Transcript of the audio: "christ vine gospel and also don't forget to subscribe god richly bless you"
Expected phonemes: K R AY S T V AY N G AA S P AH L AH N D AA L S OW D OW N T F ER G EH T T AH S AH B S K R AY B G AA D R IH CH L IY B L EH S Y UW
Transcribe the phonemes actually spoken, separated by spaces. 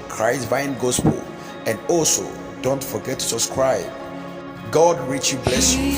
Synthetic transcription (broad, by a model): K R AY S V AY N G AA S P AH L AH N D AA L S OW D OW N T F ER G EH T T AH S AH S K R AY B G AA D R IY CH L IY B L EH S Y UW